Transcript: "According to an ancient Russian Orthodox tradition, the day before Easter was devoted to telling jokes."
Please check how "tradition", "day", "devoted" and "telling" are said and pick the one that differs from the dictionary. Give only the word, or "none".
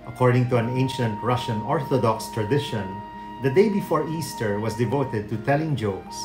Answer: none